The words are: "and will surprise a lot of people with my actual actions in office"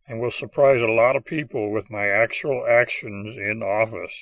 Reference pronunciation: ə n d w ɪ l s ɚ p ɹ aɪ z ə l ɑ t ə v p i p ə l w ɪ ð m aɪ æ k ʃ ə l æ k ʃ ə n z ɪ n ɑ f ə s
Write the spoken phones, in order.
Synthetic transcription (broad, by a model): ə n w ɪ l s ɚ p ɹ aɪ z ə l ɑ t ə v p i p l w ɪ ð m aɪ æ k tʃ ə l æ k ʃ ə n z ɪ n ɑ f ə s